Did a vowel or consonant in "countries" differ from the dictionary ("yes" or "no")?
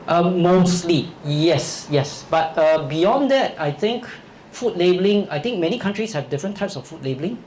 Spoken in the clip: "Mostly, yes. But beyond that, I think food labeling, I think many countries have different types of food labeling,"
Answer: yes